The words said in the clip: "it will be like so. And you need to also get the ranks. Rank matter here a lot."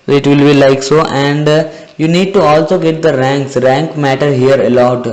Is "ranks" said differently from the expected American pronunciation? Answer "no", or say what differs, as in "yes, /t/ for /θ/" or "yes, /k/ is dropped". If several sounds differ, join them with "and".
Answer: no